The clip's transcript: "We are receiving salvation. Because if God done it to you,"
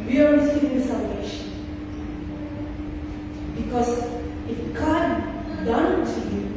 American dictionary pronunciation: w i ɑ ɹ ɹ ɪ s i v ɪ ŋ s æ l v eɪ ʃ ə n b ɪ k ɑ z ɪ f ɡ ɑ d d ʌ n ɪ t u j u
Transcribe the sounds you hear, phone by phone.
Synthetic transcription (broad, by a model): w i ɑ ɹ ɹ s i ɪ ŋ s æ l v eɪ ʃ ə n b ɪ k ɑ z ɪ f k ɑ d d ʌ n t u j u